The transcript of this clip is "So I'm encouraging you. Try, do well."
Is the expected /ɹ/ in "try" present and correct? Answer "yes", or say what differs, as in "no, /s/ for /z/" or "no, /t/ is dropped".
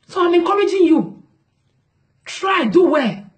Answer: yes